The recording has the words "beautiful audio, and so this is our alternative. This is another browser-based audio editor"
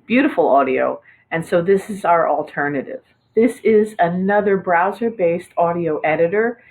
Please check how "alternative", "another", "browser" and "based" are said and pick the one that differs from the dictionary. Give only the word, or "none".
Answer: none